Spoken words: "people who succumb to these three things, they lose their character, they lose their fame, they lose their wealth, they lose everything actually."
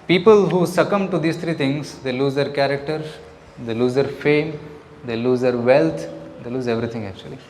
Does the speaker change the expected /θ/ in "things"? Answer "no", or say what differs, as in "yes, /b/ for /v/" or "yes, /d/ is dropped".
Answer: yes, /t/ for /θ/